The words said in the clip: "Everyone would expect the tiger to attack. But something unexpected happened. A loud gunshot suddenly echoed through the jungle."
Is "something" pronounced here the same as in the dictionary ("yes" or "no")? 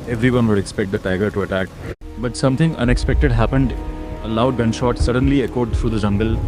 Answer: no